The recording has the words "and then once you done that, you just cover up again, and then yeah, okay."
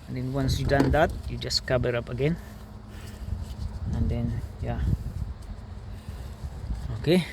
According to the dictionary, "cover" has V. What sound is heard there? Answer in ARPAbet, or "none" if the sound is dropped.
B